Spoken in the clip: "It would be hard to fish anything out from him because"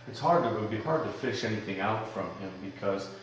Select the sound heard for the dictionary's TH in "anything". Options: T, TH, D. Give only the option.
TH